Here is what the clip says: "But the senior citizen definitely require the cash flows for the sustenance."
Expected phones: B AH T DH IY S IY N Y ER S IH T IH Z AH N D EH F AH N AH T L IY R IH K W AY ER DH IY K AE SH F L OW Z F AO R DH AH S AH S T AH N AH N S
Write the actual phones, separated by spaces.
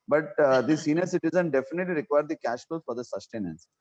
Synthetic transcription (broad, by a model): B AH T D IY S IY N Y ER S IH T IH Z AH N D EH F AH N AH T L IY R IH K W AY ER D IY K AE SH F OW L F AO R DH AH S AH S T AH N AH N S